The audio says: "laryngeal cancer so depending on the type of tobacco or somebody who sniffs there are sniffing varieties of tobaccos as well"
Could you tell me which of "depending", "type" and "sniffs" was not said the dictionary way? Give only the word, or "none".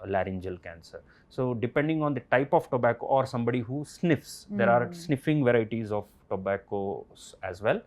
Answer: none